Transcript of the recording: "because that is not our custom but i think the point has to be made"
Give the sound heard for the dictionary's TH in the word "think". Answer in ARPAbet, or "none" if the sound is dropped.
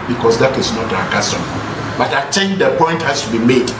T